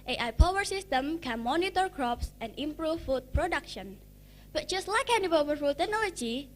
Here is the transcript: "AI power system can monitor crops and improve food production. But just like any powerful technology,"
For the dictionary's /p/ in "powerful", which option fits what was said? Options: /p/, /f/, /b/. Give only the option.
/b/